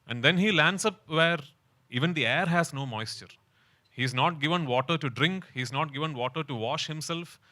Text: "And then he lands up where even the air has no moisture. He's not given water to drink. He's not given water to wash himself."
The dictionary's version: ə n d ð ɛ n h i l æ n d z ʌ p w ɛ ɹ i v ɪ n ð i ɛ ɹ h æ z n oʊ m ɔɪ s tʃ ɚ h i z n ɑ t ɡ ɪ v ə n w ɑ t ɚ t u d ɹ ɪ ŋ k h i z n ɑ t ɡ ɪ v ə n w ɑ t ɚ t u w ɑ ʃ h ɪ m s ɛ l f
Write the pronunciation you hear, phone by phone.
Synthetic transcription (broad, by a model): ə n d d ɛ n h i l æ n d s ʌ p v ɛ ɹ i v ɪ n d i ɛ ɹ h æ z n oʊ m ɔɪ s tʃ ɚ h i z n ɑ t ɡ ɪ v ə n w ɑ t ɚ t u d ɹ ɪ ŋ k h i z n ɑ t ɡ ɪ v ə n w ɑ t ɚ t u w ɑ ʃ h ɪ m s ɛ l f